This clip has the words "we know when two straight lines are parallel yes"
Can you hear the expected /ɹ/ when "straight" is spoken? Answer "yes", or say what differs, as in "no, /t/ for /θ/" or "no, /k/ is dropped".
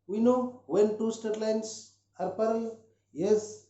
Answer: no, /ɹ/ is dropped